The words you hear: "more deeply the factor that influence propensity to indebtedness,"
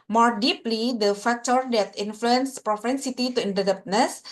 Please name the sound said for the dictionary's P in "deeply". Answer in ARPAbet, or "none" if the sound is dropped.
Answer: P